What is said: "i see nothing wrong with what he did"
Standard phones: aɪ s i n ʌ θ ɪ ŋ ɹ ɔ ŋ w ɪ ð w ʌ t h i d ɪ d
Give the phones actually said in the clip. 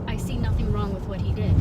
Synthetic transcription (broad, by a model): aɪ s i n ʌ θ ɪ ŋ ɹ ɔ ŋ w ɪ ð w ʌ t h i d ɪ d